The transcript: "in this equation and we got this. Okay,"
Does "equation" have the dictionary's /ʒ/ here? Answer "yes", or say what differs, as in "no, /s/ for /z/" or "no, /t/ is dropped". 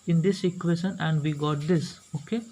no, /ʃ/ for /ʒ/